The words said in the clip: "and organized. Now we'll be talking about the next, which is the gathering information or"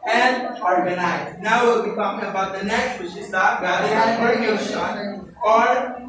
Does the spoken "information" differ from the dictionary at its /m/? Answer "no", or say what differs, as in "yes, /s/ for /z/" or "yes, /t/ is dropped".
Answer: yes, /m/ is dropped